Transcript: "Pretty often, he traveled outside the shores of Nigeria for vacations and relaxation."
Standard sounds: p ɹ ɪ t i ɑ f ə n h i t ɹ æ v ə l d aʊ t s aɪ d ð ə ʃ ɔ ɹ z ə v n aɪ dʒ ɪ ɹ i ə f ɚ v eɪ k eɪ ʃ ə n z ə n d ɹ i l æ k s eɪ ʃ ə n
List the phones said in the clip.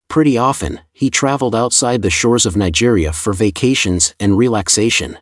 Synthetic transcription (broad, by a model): p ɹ ɪ t i ɑ f ə n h i t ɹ æ v l d aʊ t s aɪ d ð ə ʃ ɔ ɹ z ə v n aɪ dʒ ɪ ɹ i ə f ɚ v eɪ k eɪ ʃ ə n z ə n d ɹ i l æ k s eɪ ʃ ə n